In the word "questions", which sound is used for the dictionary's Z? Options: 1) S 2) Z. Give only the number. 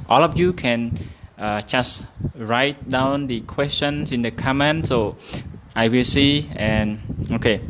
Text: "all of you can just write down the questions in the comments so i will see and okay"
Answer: 1